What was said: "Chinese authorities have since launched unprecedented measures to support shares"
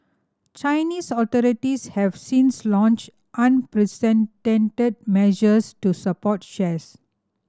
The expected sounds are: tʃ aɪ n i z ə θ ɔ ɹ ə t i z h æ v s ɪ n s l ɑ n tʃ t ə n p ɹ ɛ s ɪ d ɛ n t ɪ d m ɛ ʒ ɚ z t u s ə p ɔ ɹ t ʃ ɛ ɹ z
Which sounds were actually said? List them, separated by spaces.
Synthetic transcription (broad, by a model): tʃ aɪ n i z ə t ɔ ɹ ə t i s h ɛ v s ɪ n s l ɑ n tʃ t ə n p ɹ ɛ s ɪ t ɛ n t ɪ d m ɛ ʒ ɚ s t u s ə p ɔ t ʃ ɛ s